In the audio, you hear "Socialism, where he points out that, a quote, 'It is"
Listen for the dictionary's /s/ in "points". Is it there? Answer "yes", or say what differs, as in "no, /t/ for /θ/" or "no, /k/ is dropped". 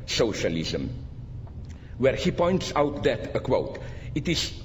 yes